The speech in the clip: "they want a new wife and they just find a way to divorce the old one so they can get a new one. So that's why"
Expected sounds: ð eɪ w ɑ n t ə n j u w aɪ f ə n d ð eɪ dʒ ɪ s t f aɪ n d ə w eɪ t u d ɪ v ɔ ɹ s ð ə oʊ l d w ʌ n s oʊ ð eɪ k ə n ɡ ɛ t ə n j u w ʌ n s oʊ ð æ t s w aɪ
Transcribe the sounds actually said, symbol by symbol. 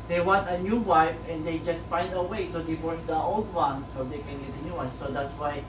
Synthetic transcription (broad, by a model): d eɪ w ɑ n t ə n j u w aɪ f ə n d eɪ dʒ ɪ s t f aɪ n d ə w eɪ t u d ɪ v ɔ ɹ s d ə oʊ l d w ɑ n s oʊ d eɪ k ə n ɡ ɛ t ə n j u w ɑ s s oʊ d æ t s w aɪ